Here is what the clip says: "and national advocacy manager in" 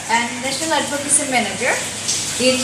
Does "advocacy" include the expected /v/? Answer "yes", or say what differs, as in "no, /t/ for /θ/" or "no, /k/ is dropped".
no, /b/ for /v/